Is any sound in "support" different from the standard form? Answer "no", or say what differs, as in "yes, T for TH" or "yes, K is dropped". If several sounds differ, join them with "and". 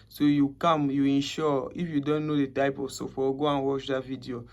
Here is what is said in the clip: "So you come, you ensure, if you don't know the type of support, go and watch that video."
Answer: yes, F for P